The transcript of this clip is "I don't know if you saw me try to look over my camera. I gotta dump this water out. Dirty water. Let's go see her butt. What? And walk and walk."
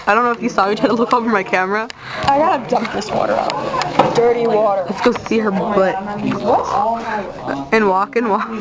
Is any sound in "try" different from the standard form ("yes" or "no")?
yes